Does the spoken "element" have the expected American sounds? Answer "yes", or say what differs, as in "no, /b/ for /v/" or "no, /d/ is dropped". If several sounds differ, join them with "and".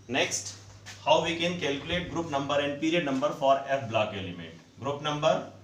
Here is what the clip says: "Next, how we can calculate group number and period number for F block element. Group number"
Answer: no, /n/ is dropped